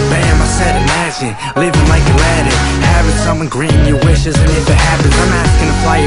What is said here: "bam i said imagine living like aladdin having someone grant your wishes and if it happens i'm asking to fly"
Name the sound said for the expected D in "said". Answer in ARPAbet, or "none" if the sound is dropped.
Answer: D